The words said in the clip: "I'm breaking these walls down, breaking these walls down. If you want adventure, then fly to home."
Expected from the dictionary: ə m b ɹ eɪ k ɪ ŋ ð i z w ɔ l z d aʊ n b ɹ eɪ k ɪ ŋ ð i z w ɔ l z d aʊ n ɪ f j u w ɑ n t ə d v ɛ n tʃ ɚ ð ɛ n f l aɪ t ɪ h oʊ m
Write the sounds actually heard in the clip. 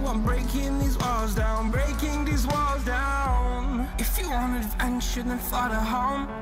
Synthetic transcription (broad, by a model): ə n b ɹ eɪ k ɪ ŋ ð i z w ɔ l z d aʊ n b ɹ eɪ k ɪ ŋ ð i z w ɔ l z d aʊ n ɪ f j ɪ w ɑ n ə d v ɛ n ʃ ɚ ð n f l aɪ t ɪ h oʊ m